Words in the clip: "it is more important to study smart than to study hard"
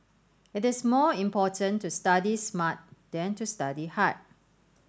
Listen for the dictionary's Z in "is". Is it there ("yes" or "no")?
no